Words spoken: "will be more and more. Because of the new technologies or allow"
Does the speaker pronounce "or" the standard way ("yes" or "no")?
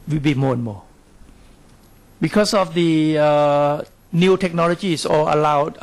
no